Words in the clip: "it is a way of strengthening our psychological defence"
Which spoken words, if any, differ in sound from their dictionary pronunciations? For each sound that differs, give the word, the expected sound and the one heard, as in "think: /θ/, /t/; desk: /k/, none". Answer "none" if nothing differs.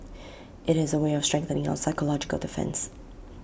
none